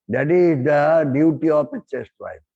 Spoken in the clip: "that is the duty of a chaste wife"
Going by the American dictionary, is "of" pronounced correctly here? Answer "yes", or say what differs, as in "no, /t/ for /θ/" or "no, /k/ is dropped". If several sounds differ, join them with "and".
no, /p/ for /v/